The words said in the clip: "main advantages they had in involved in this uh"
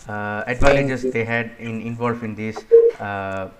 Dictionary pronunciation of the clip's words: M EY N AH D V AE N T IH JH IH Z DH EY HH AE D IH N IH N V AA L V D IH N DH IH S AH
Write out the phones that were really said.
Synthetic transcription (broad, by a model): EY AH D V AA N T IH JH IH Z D EY HH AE D IH N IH N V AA L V IH N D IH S